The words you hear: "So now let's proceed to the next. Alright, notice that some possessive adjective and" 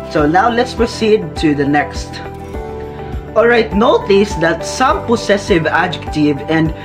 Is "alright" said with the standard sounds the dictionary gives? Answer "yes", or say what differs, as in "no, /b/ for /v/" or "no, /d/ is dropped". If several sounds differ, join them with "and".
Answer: yes